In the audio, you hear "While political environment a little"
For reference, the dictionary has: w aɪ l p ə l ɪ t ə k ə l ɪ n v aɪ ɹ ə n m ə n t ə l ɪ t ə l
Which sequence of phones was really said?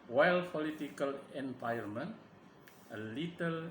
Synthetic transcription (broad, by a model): w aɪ l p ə l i t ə k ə l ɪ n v aɪ ə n m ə n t ə l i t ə l